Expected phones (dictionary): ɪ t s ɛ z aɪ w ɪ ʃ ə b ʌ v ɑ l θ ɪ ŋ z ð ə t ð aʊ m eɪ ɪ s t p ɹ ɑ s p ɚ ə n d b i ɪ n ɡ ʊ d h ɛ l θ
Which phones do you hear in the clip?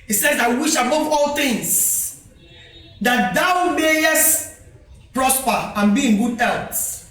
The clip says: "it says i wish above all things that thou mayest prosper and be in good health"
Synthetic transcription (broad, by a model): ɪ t s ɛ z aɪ w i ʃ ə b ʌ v ɑ l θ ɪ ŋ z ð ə t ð aʊ m eɪ ɪ s t p ɹ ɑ s p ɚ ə n b i ɪ n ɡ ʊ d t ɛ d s